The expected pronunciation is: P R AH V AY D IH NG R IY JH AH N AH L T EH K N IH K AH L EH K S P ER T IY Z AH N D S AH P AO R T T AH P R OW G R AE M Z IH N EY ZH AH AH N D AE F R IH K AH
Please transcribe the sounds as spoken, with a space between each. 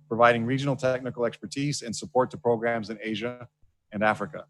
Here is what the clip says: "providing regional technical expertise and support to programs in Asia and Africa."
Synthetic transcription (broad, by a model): P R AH V AY D IH NG R IY JH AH N L T EH K N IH K L EH K S P ER T IY Z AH N S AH P AO R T T AH P R OW G R AE M Z IH N EY ZH AH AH N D AE F R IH K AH